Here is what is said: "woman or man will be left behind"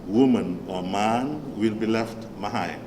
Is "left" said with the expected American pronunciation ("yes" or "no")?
yes